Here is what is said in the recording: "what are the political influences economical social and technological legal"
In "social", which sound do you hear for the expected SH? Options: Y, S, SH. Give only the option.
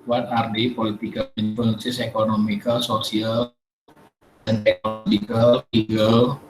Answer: S